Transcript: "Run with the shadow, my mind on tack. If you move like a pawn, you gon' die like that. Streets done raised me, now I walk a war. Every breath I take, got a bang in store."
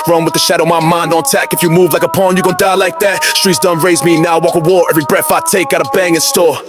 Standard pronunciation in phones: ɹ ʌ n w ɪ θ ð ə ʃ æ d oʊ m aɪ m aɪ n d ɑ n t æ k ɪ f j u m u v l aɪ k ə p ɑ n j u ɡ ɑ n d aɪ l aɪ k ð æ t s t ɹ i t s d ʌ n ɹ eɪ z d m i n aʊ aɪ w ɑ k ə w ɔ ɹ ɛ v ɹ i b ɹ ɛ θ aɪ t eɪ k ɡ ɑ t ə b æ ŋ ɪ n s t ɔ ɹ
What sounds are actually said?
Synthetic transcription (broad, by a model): ɹ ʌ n w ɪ ð ə ʃ æ d oʊ m aɪ m aɪ n d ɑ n t æ k ɪ f j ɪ m u v l aɪ k ə p ɑ n j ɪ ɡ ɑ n d aɪ l aɪ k ð æ t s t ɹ i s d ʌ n ɹ eɪ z m i n aʊ w ɑ k ə w ɔ ɹ ɛ v ɹ i b ɹ ɛ f aɪ t eɪ k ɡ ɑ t ə b æ ŋ ɪ n s t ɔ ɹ